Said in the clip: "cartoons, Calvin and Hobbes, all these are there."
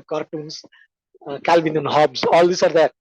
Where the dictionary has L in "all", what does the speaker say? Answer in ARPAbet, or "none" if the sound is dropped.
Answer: L